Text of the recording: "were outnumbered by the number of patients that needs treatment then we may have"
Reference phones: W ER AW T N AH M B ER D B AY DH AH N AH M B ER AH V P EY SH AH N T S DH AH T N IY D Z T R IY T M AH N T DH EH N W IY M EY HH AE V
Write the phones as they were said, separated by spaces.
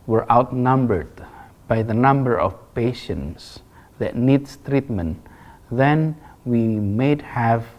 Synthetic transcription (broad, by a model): W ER AW T N AH M B ER D B AY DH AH N AH M B ER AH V P EY SH AH N T S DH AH T N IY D S T R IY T M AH N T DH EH N W IY M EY HH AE V